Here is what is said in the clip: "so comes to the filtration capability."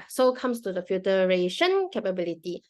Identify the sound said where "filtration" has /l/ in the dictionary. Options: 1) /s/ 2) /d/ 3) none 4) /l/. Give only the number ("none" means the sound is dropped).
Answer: 3